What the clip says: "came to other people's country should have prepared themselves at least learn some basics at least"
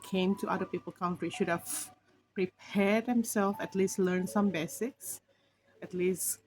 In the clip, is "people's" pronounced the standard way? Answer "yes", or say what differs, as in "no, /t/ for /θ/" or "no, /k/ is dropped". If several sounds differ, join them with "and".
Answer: no, /z/ is dropped